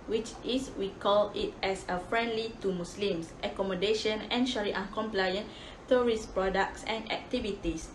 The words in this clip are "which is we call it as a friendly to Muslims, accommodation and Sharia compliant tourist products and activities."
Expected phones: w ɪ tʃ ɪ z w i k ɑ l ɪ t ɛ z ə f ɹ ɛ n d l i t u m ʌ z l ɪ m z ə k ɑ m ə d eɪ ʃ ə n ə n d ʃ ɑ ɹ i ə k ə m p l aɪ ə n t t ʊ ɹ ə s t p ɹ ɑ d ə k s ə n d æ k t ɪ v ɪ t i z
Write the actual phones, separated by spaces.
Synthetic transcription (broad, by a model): w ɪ tʃ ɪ s w i k ɑ l ɪ t ɛ s ə f ɹ ɛ n d l i t u m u s l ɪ m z ə k ɑ m ə d eɪ ʃ ə n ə n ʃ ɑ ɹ i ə k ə m p l aɪ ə n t t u ɹ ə s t p ɹ ɑ d ə k s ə n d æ k t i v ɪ t i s